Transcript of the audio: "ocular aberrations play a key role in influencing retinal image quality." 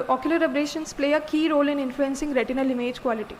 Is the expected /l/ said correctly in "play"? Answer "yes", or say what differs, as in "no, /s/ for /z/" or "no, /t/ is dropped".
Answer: yes